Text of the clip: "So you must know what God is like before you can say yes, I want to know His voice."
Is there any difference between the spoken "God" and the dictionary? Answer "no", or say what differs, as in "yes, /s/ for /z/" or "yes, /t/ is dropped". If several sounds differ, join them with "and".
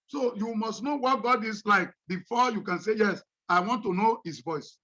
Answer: no